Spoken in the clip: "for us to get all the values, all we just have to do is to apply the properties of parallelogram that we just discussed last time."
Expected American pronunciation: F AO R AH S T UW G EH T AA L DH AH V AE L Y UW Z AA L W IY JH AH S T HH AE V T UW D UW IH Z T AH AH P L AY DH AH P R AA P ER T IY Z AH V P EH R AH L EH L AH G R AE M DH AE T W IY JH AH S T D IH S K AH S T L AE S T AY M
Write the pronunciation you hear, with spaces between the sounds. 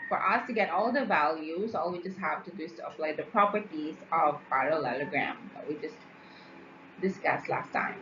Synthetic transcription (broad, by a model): F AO R AH S T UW G EH T AA L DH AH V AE L Y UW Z AA L W IY JH AH S T HH AE V T UW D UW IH S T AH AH F L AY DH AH P R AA P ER T IY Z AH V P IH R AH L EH L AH G R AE M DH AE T W IY JH AH S T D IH S K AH S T L AE S T AY M